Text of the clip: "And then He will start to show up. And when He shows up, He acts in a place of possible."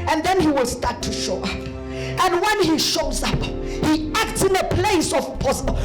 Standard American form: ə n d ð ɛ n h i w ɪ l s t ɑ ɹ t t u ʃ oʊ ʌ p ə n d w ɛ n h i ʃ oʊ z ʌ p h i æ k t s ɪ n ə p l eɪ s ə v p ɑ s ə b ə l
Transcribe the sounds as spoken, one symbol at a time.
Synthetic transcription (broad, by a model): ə n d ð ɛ n h i w ɪ l s t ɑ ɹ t t u ʃ oʊ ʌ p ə n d w ɛ n h i ʃ oʊ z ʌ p h i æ k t s ɪ n ə p l eɪ s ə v p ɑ s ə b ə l